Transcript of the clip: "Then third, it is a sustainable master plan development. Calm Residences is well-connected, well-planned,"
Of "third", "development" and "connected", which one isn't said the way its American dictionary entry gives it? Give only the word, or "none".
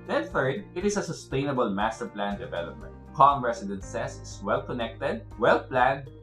third